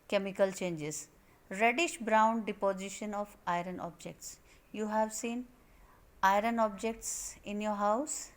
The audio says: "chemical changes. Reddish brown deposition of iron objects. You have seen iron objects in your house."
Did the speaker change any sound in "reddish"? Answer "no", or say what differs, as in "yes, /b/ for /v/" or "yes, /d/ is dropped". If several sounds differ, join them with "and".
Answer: no